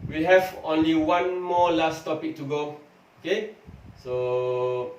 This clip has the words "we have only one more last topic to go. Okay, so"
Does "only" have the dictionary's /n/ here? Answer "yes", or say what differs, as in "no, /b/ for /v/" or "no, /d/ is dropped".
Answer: yes